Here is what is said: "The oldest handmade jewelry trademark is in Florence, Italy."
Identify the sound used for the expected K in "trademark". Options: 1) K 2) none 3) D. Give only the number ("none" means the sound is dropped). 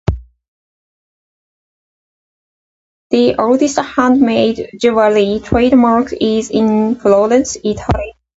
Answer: 1